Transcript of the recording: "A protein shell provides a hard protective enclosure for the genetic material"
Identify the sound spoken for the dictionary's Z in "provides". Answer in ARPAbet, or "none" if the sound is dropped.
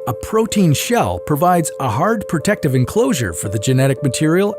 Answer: Z